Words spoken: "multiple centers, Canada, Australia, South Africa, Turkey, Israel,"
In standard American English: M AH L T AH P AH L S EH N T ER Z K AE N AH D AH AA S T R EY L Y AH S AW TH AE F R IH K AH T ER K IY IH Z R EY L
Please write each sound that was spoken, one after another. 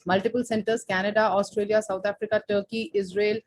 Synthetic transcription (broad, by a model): M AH L T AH P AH L S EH N T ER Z K AE N AH D AH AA S T R EY L Y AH S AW T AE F R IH K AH T ER K IY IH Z R EY L